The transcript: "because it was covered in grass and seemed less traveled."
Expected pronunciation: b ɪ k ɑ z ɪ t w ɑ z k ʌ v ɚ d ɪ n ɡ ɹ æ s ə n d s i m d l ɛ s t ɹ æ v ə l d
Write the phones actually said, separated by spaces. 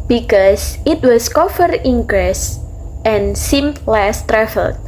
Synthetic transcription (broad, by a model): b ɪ k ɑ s ɪ t w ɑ s k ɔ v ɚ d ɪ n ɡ ɹ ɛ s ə n s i m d l ɛ s t ɹ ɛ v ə l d